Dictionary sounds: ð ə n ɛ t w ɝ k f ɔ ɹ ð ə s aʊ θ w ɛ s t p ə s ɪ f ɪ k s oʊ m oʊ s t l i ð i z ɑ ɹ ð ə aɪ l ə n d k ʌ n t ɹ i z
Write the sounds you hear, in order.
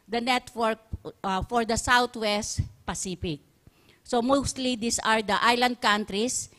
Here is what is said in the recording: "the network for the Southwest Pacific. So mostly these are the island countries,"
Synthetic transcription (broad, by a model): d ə n ɛ t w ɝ k f ɔ ɹ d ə s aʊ t w ɛ s t p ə s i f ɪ k s oʊ m oʊ s t l i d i s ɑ ɹ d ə aɪ l ə n d k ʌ n t ɹ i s